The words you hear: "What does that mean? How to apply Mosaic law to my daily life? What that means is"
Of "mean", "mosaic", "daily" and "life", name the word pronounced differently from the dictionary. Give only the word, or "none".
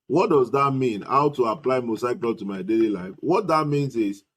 mosaic